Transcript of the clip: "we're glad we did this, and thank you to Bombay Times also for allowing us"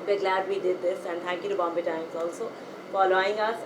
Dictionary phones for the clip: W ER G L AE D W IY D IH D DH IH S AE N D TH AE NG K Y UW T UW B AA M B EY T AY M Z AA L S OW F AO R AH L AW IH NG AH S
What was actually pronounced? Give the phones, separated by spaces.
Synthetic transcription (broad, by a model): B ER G L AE D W IY D IH D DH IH S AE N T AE NG K Y UW T UW B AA M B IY T AY M Z AA L S OW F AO L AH AW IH NG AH S